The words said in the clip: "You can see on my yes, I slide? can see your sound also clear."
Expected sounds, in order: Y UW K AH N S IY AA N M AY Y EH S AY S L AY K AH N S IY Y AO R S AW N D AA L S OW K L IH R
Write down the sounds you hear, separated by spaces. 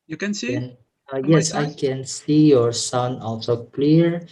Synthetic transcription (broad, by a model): Y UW K AH N S IY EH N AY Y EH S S AY K AH N S IY Y AO R S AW N AA L S OW K L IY R